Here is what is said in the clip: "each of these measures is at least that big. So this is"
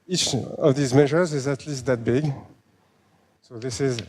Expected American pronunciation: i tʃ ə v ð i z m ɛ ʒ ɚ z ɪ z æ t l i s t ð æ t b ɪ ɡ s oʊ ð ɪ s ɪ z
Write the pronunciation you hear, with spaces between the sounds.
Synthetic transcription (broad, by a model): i tʃ ə v ð i z m ɛ ʒ ɚ z ɪ z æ t l i s t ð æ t b ɪ ɡ s oʊ ð ɪ s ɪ z